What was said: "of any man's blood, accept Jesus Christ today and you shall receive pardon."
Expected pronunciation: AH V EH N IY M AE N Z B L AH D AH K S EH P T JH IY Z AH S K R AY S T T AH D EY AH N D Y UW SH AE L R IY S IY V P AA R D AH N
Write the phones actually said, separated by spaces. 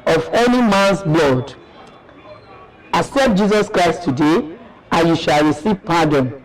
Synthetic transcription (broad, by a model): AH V EH N IY M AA N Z B L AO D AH S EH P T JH IY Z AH S K R AY S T T AH D EY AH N Y UW SH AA L R IY S IY V P AA D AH N